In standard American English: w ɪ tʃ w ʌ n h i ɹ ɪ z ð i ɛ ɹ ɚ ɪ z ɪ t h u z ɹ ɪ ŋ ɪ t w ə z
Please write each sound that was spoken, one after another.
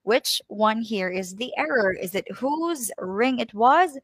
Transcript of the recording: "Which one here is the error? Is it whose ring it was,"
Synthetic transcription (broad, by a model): w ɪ tʃ w ʌ n h i ɹ ɪ z ð i ɛ ɹ ɚ ɪ z ɪ t h u z ɹ ɪ ŋ ɪ t w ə z